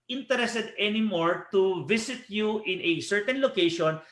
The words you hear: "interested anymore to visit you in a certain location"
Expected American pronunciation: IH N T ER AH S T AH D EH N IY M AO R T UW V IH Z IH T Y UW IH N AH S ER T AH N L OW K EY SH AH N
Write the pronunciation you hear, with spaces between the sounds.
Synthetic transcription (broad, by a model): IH N T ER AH S T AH D EH N IY M AO R T UW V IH S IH T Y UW IH N AH S ER T AH N L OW K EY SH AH N